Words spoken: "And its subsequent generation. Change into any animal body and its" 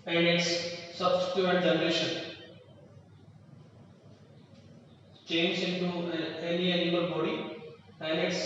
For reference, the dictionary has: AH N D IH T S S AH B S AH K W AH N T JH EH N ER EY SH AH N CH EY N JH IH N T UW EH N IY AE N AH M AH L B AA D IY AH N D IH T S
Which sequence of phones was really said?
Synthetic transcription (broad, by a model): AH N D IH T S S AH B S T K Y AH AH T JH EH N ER EY SH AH N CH EY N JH IH N T UW EH N IY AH AH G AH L B AA D IY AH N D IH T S